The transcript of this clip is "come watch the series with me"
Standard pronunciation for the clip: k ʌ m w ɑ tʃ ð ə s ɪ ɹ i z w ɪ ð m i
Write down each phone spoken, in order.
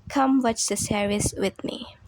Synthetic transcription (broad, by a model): k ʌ m w ɑ tʃ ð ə s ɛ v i s w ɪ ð m i